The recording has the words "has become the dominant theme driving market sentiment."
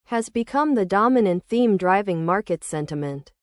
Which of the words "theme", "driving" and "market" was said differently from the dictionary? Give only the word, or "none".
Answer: none